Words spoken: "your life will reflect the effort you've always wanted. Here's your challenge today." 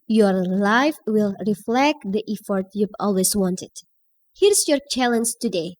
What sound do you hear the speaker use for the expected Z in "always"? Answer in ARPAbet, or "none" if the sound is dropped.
S